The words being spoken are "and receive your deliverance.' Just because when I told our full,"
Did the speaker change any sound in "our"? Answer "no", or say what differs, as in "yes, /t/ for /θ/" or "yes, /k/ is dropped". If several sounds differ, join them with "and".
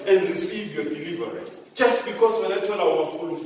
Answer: yes, /w/ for /ɹ/